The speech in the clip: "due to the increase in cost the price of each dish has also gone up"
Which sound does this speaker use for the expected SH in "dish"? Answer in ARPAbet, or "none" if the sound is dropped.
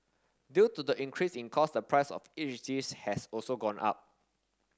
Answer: S